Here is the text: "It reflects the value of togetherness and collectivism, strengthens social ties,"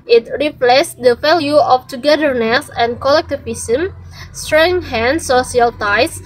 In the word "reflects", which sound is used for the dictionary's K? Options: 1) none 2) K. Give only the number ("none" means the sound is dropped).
1